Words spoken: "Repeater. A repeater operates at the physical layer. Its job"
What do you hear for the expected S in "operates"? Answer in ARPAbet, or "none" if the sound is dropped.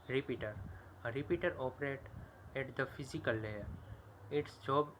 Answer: none